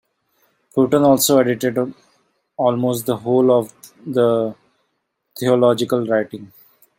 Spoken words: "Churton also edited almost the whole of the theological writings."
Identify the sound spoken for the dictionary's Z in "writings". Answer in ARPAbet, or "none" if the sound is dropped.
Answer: none